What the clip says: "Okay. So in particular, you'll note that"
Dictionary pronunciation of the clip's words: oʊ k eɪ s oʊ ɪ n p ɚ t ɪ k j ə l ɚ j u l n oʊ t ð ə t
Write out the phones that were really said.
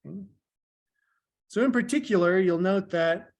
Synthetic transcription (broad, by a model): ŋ s oʊ ɪ n p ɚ t ɪ k j l ɚ j u l n oʊ t ð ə t